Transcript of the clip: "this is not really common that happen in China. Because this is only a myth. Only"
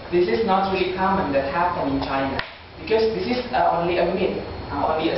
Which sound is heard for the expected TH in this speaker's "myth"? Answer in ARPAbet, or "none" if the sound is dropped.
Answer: T